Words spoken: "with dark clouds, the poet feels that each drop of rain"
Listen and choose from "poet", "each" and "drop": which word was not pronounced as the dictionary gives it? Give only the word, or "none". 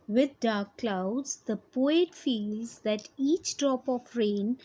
none